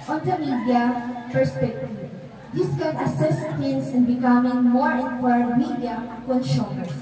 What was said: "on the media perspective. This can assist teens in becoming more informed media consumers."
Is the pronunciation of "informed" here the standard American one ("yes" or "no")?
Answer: no